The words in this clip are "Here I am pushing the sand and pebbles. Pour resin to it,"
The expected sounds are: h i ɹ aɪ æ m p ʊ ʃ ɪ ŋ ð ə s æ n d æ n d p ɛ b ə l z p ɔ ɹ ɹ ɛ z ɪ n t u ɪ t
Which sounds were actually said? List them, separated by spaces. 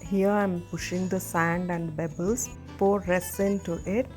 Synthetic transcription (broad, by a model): h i ɹ aɪ m p ʊ ʃ ɪ ŋ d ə s æ n d æ n d b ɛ b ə l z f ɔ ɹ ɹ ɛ s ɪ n t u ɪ t